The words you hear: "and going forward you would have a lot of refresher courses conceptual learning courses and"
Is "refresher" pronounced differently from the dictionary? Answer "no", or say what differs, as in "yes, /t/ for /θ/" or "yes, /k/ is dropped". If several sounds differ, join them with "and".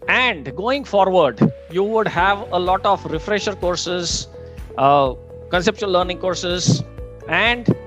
no